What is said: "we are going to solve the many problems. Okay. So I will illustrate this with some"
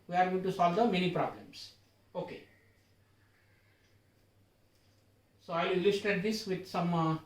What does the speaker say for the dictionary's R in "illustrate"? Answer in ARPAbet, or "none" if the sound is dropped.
none